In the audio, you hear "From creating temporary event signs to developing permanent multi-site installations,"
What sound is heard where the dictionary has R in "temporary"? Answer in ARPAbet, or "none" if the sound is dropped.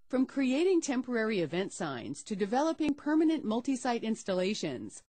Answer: R